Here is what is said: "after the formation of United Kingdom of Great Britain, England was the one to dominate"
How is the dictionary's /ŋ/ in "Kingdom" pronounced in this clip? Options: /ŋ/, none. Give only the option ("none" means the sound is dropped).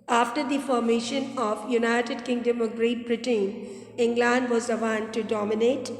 /ŋ/